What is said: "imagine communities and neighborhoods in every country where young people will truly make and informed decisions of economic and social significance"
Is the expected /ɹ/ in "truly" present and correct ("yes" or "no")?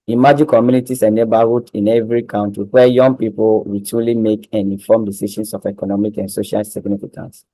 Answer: no